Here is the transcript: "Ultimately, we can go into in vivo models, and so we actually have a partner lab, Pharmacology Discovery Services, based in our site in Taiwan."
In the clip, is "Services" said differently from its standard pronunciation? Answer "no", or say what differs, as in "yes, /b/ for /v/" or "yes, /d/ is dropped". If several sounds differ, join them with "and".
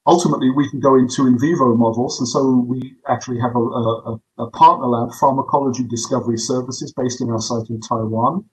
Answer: no